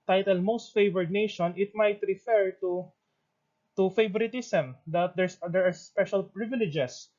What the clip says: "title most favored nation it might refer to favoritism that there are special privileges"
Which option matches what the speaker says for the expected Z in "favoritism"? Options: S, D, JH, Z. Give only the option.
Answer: S